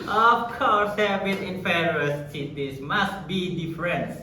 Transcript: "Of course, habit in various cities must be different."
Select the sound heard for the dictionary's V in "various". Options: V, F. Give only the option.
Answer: F